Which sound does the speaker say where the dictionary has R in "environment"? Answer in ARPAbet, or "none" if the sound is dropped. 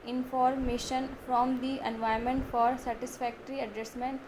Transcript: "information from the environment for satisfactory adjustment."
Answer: none